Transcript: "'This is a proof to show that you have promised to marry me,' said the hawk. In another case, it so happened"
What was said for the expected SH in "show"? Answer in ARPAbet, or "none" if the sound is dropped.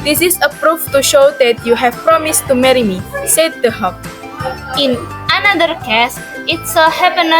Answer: SH